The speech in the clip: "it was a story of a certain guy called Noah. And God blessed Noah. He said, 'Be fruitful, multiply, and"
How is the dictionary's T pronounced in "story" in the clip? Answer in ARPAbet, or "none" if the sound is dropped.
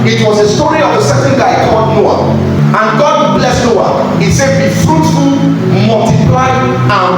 T